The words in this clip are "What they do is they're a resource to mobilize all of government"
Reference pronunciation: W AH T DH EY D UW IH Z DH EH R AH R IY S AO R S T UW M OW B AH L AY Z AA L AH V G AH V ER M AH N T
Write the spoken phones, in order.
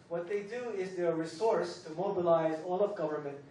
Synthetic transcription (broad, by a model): W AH T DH EY D UW IH Z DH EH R R IY S AO R S T UW M OW B AH L AY Z AA L AH V G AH V ER M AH N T